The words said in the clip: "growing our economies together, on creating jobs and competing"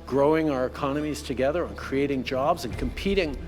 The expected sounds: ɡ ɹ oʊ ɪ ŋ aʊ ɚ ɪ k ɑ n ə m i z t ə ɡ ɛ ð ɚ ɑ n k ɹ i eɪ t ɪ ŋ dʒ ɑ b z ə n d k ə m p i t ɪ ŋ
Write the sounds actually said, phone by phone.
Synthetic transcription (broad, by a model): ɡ ɹ oʊ ɪ ŋ aʊ ɚ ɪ k ɑ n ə m i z t ə ɡ ɛ ð ɚ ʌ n k ɹ i eɪ t ɪ ŋ dʒ ɑ b z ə n k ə m p i t ɪ ŋ